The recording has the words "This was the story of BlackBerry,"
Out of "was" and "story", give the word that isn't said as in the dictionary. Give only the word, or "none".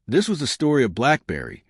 none